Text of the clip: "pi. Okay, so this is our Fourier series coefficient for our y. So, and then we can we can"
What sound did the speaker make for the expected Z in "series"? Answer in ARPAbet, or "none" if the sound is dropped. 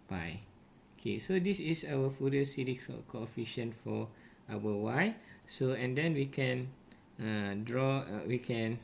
none